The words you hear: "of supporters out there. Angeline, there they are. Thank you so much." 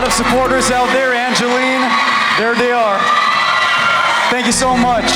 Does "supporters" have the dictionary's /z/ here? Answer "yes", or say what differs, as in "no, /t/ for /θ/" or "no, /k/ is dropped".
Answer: yes